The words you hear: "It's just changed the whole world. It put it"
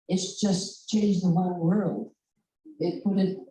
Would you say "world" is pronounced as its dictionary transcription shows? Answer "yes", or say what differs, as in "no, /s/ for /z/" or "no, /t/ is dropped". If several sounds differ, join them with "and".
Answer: no, /d/ is dropped